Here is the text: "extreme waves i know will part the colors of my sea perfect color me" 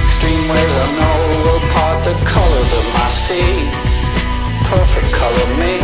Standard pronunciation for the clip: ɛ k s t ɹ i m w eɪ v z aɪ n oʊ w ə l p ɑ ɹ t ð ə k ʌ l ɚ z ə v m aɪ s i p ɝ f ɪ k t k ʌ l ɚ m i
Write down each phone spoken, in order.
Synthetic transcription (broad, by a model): s t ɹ i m w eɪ z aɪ n oʊ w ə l p ɑ ɹ t ð ə k ʌ l ɚ z ə v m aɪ s i p ɝ f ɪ k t k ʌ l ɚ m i